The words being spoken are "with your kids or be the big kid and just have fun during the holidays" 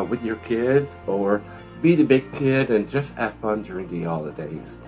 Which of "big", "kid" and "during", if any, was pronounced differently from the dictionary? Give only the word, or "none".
none